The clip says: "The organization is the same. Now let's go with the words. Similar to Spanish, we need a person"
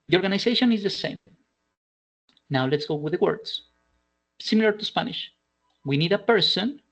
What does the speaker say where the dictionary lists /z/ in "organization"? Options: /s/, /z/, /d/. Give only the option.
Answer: /s/